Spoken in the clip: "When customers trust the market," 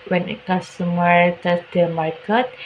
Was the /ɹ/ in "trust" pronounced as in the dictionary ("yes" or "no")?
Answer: no